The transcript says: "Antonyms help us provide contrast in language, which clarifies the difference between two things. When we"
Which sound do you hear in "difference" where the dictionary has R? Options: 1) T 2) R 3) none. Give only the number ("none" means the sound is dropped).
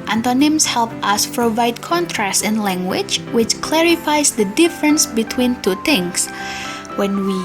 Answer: 2